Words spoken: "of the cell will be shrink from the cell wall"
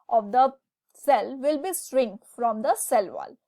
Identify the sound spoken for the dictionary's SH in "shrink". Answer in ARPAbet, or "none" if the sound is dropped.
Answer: S